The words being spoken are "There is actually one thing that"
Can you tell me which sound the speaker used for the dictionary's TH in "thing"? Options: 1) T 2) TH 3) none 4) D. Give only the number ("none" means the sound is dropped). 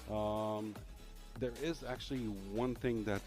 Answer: 2